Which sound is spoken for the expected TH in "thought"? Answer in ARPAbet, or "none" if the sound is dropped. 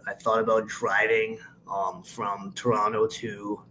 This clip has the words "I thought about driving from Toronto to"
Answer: TH